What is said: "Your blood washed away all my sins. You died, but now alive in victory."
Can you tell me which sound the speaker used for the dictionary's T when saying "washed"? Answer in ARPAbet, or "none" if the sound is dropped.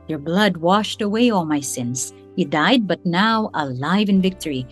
T